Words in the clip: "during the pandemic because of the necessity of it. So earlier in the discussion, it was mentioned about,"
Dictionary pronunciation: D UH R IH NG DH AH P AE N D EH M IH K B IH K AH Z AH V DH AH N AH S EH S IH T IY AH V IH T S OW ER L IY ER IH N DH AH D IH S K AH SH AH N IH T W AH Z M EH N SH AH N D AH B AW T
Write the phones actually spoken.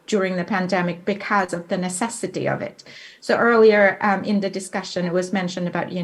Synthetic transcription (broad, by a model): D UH R IH NG DH AH P AE N D EH M IH K B IH K AH Z AH V DH AH N AH S EH S IH T IY AH V IH T S OW ER L IY ER IH N DH AH D IH S K AH SH AH N IH T W AH Z M EH N SH AH N D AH B AW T